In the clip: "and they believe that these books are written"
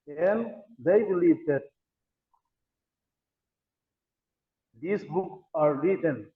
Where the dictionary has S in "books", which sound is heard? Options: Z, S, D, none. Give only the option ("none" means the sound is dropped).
none